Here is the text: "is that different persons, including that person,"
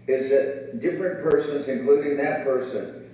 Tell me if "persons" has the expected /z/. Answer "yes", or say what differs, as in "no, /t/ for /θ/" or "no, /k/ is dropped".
yes